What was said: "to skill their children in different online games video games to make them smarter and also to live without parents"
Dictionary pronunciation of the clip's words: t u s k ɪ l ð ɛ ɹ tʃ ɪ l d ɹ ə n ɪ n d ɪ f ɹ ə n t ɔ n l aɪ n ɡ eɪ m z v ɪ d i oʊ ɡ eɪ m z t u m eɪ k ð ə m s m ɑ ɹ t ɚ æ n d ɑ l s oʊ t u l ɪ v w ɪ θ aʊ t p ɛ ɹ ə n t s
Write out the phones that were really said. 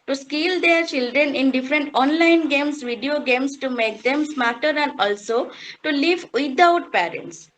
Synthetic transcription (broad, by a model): t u s k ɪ l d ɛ ɹ tʃ ɪ l d ɹ ə n ɪ n d ɪ f ɹ ə n t ɔ n l aɪ n ɡ eɪ m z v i d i oʊ ɡ eɪ m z t u m eɪ k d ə m s m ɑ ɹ t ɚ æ n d ɑ l s oʊ t u l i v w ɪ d aʊ t p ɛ ɹ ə n t s